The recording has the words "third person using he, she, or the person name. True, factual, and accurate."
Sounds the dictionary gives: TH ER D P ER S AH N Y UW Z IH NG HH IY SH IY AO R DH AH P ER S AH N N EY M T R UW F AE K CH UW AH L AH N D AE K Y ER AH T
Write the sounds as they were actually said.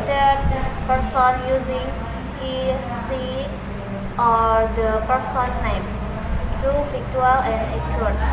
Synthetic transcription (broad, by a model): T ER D P ER S AH N Y UW Z IH NG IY S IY AO R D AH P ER S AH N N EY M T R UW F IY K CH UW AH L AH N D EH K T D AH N